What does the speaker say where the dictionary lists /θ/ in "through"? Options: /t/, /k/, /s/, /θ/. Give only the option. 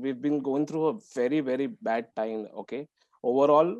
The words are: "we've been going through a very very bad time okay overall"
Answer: /t/